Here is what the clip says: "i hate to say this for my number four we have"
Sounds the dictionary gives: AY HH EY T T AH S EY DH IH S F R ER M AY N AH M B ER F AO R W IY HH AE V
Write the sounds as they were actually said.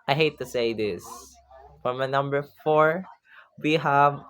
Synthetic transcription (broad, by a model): AY HH EY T T AH S EY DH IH S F R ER M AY N AH M B ER F AO R W IY HH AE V